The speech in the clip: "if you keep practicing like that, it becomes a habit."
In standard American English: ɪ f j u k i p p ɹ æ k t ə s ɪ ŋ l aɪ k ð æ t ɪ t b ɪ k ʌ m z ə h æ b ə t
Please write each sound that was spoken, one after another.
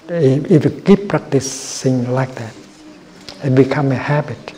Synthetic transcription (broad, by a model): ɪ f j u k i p p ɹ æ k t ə s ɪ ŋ l aɪ k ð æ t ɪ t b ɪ k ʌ m ə h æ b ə t